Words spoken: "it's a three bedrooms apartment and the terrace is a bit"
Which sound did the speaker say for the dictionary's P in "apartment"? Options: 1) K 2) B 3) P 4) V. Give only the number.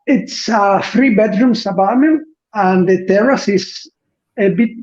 2